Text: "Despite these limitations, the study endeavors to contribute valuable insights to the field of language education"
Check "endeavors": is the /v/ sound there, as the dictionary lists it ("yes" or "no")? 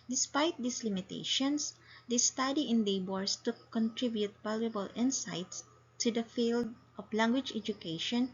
no